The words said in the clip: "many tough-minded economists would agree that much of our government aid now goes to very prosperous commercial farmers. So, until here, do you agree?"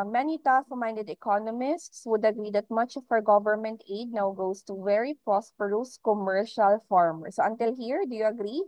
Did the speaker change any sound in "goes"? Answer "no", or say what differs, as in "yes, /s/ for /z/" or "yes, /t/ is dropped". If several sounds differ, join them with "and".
yes, /s/ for /z/